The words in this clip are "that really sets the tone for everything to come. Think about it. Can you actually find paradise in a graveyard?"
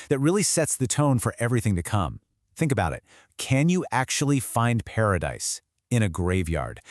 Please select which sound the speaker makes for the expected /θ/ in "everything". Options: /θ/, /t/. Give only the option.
/θ/